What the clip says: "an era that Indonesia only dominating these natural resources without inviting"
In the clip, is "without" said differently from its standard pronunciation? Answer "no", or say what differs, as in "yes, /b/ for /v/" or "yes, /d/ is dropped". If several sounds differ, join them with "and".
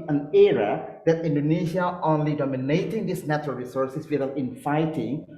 yes, /t/ is dropped